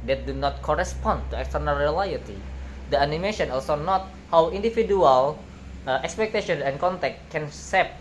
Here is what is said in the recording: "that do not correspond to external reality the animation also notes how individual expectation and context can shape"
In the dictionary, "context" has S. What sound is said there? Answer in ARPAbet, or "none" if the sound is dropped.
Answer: none